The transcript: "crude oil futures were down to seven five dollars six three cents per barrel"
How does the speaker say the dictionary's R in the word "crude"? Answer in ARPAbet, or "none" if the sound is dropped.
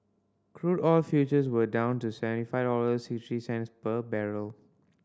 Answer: R